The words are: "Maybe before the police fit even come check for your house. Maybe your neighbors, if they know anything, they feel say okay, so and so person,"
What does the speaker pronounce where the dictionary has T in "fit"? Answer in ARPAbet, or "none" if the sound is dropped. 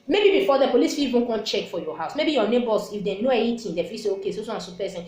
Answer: none